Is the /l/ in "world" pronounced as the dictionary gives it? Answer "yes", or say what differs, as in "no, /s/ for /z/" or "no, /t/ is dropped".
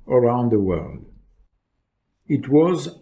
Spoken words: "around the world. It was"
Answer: yes